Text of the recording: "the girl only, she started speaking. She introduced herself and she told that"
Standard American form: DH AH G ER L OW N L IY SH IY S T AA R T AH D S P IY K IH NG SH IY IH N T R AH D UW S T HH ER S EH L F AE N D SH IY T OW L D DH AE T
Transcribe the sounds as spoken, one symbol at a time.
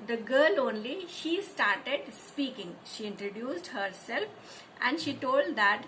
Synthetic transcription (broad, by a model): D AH G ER L OW N L IY SH IY S T AA R T AH D S P IY K IH NG SH IY IH N T R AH D UW S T HH ER S EH L F AE N D SH IY T OW L D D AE T